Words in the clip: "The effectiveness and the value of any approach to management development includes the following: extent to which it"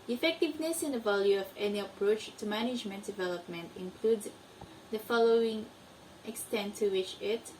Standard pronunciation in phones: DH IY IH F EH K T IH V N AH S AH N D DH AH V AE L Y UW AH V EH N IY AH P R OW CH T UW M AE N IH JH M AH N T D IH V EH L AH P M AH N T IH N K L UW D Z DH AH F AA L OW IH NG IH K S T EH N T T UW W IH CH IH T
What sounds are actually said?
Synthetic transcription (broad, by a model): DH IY IH F EH K T IH V N AH S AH N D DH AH V AE L Y UW AH V EH N IY AH P R OW CH T UW M AE N IH JH M AH N T D IH V EH L AH P M AH N T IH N K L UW D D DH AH F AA L OW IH NG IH K S T EH N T T UW W IH CH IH T